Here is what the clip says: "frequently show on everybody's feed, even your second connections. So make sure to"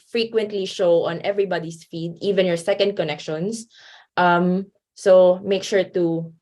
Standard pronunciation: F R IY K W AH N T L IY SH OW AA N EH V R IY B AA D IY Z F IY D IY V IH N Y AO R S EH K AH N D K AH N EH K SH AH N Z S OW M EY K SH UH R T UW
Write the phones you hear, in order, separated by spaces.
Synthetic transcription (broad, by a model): F R IY K W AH N T L IY SH OW AA N EH V R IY B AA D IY S F IY D IY V IH N Y AO R S EH K AH N D K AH N EH K SH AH N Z S OW M EY K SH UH R T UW